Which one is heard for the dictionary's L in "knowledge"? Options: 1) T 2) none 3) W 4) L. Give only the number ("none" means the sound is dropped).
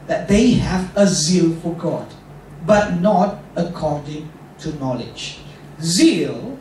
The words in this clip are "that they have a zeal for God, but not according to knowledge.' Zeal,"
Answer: 4